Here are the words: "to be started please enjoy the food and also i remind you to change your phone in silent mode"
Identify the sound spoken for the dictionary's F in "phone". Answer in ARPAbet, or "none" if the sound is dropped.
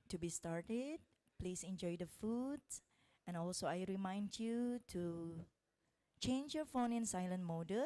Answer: F